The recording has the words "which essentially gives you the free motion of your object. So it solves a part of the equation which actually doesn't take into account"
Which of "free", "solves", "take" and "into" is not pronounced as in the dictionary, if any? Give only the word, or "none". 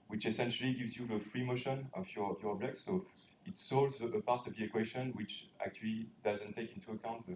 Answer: solves